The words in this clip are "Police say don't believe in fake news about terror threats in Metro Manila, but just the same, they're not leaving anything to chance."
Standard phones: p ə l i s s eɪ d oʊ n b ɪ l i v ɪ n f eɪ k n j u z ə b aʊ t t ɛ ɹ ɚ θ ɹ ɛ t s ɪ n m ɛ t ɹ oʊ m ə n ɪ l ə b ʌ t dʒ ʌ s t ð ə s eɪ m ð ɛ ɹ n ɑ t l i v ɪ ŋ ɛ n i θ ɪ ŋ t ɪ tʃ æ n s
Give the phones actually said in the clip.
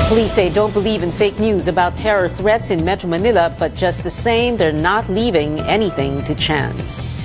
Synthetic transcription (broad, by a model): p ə l i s s eɪ d oʊ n b ɪ l i v ɪ n f eɪ k n j u z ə b aʊ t t ɛ ɹ ɚ θ ɹ ɛ t s ɪ n m ɛ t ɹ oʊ m ə n ɪ l ə b ʌ t dʒ ʌ s t ð ə s eɪ m ð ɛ ɹ n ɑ t l i v ɪ ŋ ɛ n i θ ɪ ŋ t ɪ tʃ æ n s